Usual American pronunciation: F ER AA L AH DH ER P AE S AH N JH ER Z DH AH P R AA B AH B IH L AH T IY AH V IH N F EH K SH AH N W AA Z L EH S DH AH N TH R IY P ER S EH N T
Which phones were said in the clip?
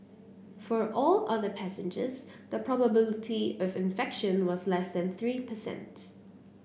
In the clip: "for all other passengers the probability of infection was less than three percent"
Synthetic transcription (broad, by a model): F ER AA L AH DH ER P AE S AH N JH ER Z DH AH P R AA B AH B IH L AH T IY AH V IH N F EH K SH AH N W AA Z L EH S DH AH N TH R IY P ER S EH N T